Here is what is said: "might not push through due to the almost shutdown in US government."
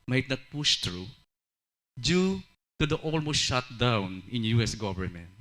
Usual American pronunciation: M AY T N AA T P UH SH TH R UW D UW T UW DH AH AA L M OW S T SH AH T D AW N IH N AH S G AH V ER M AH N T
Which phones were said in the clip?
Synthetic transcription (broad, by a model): M AY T N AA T P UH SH T R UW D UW T UW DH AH AA L M OW S T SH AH T D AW N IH N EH S G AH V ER M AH N T